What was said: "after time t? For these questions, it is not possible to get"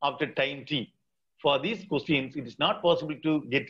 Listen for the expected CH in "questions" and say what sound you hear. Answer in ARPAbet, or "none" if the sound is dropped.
none